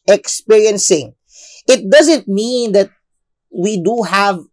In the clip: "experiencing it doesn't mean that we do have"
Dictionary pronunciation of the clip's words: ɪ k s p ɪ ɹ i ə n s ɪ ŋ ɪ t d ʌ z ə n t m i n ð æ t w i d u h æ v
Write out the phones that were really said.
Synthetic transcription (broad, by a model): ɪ k s p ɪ ɹ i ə n s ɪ ŋ ɪ t d ʌ z ə n t m i n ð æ t w i d u h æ v